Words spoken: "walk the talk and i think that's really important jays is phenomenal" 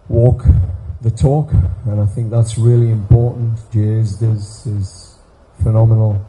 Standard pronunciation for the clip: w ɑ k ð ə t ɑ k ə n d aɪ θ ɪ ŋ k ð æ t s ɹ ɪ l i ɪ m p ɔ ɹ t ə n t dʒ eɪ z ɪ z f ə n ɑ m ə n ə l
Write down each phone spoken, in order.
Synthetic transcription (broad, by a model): w ɑ k ð ə t ɑ k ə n aɪ θ ɪ ŋ k ð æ t s ɹ ɪ l i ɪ m p ɔ ɹ t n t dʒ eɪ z ɪ z f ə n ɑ m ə n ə l